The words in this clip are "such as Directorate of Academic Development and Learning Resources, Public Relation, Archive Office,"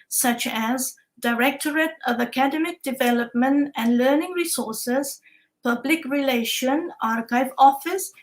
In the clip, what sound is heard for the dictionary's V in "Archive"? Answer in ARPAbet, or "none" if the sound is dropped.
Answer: V